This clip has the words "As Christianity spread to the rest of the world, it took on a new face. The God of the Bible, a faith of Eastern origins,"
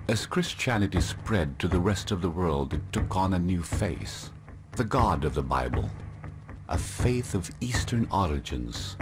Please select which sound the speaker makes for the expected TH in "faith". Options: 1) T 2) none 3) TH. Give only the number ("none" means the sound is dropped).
3